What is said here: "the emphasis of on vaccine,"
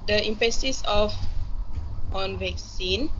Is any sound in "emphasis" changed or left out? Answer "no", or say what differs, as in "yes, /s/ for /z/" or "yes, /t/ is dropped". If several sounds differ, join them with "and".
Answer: yes, /p/ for /f/